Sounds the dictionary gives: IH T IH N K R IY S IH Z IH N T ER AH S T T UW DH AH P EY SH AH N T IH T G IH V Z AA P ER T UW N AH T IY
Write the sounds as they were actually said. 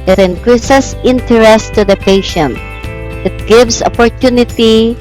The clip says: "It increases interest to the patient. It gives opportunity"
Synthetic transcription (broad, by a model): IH T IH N K R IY S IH S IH N T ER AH S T T UW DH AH P EY SH AH N T IH T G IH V S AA P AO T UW N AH T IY